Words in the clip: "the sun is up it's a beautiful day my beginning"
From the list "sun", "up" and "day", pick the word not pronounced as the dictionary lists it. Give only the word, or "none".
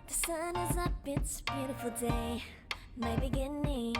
up